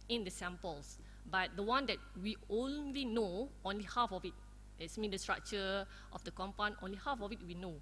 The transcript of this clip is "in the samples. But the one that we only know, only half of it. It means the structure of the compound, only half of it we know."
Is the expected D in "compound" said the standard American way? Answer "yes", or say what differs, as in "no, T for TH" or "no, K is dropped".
no, D is dropped